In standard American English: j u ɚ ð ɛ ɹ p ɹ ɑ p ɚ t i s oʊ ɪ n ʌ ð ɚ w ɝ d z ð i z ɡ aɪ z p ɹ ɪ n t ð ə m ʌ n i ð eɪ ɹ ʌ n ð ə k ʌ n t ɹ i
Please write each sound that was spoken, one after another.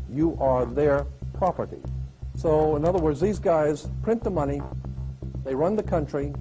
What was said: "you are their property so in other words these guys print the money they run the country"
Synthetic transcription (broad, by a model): j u ɚ ð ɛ ɹ p ɹ ɑ p ɚ t i s oʊ ɪ n ʌ ð ɚ w ɝ d z ð i z ɡ aɪ z p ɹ ɪ n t ð ə m ʌ n i ð eɪ ɹ ʌ n ð ə k ʌ n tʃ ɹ i